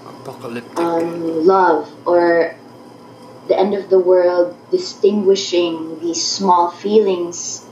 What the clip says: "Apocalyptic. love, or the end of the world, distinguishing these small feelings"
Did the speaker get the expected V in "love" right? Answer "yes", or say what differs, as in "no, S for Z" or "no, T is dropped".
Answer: yes